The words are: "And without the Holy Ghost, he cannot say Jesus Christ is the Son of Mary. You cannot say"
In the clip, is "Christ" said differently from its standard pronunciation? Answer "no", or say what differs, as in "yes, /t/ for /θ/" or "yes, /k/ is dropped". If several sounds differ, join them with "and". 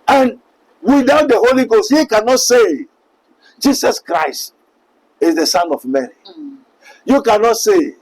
no